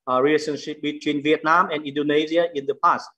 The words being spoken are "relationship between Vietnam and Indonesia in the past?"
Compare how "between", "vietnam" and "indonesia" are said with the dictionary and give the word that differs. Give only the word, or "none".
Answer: indonesia